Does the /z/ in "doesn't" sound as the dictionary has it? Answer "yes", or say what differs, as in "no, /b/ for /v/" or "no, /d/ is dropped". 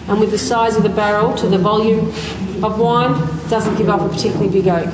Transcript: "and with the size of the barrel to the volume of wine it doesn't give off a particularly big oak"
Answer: yes